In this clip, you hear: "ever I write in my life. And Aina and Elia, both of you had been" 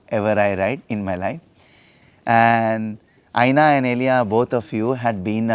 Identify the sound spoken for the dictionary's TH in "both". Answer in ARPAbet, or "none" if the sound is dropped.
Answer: T